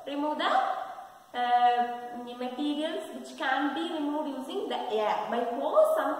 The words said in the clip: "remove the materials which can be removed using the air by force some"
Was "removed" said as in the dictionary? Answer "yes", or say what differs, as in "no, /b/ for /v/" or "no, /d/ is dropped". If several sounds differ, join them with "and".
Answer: no, /v/ is dropped